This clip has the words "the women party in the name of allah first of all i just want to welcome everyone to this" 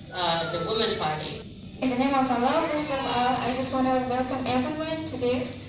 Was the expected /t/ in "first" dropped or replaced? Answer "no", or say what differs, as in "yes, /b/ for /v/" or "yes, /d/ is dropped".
yes, /t/ is dropped